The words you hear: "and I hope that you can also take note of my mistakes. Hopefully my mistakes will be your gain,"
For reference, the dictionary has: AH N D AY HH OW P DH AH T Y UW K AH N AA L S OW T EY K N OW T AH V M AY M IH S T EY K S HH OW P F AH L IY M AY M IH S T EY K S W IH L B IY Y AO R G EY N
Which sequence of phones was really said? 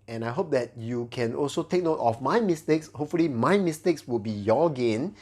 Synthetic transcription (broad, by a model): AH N AY HH OW P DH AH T Y UW K AH N AA L S OW T EY K N OW T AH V M AY M IH S T EY K S HH OW P F AH L IY M AY M IH S T EY K S W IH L B IY Y AO G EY N